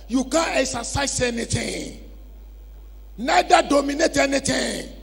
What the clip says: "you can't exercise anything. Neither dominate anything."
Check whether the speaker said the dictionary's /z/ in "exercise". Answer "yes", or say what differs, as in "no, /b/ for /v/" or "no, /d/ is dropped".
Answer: no, /s/ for /z/